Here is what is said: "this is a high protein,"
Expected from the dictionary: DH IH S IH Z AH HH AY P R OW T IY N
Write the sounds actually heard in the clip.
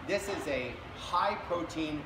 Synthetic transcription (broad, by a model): DH IH S IH Z AH HH AY P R OW T IY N